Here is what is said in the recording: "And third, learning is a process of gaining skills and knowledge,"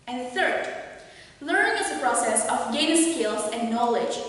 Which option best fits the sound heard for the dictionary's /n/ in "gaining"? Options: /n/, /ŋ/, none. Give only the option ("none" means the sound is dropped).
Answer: none